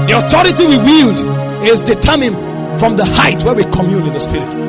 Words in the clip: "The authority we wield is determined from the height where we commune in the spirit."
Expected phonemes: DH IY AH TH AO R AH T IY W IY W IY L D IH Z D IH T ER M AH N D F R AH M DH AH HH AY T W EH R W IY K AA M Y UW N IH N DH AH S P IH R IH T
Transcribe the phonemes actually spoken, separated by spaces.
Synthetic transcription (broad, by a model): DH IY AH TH AO R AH T IY W IY W IY L D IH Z D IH T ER M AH N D F R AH M DH AH HH AY T W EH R W IY K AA M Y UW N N DH AH S P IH R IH T